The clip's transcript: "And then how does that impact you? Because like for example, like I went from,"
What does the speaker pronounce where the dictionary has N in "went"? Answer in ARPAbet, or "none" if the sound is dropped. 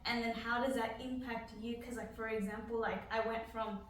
N